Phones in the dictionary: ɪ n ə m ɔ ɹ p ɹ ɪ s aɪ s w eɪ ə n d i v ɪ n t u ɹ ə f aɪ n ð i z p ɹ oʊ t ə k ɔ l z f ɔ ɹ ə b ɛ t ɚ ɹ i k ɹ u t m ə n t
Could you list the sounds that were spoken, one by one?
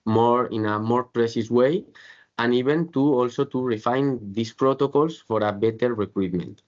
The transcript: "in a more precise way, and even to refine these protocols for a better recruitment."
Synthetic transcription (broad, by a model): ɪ n ə m ɔ ɹ p ɹ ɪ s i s w eɪ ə n i b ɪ n t u ɹ ə f aɪ n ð i s p ɹ oʊ t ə k ɔ l s f ɔ ɹ ə b ɛ t ɚ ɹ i k ɹ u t m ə n t